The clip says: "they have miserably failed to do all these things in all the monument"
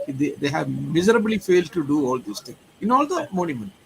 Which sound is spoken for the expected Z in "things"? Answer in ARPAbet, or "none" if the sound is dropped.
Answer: none